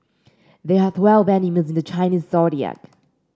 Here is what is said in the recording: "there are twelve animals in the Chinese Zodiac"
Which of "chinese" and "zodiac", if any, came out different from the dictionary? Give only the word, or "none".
zodiac